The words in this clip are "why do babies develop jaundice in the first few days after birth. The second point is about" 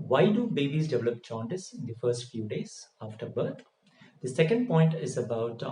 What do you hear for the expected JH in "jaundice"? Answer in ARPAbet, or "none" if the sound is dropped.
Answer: CH